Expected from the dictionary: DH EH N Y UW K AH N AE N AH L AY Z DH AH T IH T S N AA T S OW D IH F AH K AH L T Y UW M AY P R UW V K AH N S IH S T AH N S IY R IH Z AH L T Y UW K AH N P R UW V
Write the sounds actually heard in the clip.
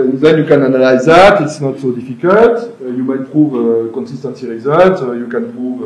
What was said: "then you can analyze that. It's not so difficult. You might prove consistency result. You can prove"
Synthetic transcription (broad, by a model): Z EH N Y UW K AH N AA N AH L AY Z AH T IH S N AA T S OW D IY F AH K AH T Y UW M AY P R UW V K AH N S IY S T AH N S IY R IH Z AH T Y UW K AH N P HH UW V